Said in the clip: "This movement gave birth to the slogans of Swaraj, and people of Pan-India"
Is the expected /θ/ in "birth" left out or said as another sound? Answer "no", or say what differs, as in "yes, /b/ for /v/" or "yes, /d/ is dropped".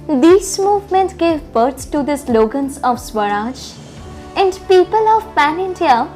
yes, /s/ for /θ/